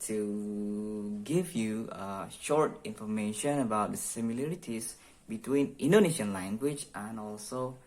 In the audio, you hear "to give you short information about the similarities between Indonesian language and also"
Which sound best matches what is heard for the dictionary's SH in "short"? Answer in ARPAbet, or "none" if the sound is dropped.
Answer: SH